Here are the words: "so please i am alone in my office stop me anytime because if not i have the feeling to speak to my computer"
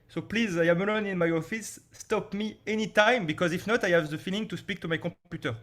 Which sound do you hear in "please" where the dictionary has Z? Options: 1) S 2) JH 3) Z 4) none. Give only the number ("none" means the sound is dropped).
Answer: 3